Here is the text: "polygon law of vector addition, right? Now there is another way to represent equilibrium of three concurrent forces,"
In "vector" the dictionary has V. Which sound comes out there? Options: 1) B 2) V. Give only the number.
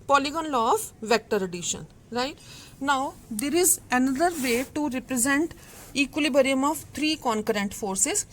2